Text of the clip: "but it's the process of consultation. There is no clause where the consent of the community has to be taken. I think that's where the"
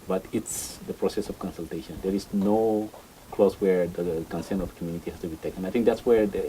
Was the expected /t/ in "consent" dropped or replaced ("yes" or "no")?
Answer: yes